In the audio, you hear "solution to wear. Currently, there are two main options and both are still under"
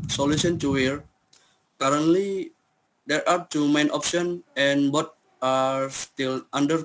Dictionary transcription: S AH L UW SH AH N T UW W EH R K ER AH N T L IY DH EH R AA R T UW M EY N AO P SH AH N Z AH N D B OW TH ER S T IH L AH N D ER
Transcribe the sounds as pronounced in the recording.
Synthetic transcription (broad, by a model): S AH L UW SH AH N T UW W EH R K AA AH N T L IY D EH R AA R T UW M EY N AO P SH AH N AH N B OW T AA S T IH L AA N D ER